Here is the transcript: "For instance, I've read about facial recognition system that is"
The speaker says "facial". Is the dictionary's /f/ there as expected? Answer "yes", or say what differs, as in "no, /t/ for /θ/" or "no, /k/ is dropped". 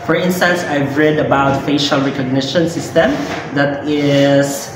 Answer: yes